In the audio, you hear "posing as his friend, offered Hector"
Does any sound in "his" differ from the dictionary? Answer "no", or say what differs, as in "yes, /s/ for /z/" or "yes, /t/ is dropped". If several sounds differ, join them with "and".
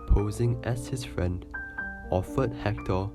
yes, /s/ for /z/